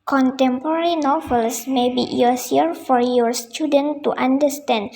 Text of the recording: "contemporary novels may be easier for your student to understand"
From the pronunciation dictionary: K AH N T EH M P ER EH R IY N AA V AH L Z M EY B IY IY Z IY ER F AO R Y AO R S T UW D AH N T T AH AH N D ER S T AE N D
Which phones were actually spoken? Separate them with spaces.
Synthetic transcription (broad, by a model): K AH N T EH M P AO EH R IY N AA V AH L S M EY B IY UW S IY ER F AO R Y AO R S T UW D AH N T T AH N D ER S T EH N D